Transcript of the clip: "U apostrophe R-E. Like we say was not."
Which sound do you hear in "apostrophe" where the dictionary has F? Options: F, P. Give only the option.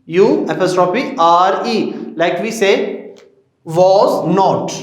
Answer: P